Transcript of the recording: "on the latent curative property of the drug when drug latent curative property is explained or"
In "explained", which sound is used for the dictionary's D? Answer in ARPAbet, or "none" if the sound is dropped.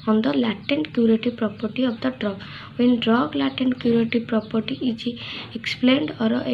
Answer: D